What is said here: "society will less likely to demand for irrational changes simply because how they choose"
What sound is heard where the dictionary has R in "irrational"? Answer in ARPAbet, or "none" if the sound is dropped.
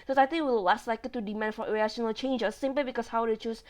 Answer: none